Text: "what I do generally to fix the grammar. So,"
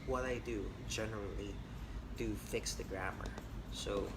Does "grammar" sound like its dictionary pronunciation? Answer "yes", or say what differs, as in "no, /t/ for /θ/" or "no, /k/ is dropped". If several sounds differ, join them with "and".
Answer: yes